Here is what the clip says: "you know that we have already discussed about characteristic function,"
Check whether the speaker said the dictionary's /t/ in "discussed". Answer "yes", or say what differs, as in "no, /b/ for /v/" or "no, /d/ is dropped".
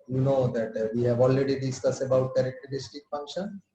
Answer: no, /t/ is dropped